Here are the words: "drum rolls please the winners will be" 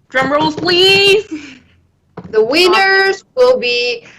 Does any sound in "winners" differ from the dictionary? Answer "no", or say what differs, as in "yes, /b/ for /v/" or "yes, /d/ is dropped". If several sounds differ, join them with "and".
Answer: no